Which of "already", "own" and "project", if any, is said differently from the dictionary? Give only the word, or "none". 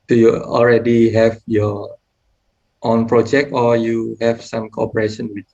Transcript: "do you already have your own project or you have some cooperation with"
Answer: none